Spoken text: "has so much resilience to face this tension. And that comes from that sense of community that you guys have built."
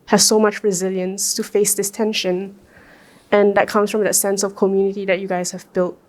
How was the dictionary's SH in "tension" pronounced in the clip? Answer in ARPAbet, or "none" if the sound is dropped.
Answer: SH